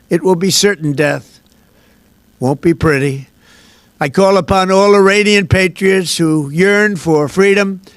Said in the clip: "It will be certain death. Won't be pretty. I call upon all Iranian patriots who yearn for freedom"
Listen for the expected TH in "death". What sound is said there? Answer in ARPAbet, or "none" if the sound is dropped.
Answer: TH